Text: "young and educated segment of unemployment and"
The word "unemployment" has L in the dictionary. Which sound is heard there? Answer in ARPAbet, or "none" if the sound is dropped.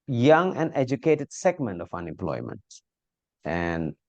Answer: L